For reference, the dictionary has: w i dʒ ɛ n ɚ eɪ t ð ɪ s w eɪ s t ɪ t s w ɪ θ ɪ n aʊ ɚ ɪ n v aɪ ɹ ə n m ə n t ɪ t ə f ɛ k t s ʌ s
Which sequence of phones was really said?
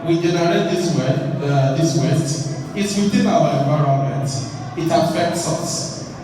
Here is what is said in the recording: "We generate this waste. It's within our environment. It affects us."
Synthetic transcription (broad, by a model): w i dʒ ɛ n ɚ eɪ t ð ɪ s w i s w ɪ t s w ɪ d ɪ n aʊ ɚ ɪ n v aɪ ɹ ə n m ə n t ɪ t ə f ɛ k t s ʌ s